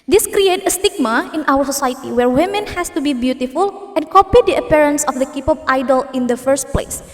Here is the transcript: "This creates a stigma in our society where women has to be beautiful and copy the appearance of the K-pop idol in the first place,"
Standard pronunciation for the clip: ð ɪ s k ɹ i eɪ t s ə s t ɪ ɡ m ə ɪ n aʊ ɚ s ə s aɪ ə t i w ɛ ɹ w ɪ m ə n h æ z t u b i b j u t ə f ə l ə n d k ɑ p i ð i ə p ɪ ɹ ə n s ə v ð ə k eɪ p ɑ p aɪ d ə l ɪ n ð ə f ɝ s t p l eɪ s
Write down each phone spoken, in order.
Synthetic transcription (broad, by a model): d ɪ s k ɹ i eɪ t ə s t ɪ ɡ m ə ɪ n aʊ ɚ s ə s aɪ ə t i w ɛ ɹ w ɪ m ə n h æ s t u b i b j u t ə f ə l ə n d k ɑ p i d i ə p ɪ ɹ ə n s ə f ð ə k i p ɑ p aɪ d ə l ɪ n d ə f ɝ s t p l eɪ s